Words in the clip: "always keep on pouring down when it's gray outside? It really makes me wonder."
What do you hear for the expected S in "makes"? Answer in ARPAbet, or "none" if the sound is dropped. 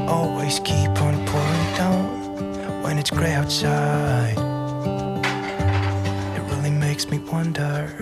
S